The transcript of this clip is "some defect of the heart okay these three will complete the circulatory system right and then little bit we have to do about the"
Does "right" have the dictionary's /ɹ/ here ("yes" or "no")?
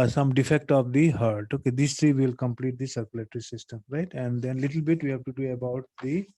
yes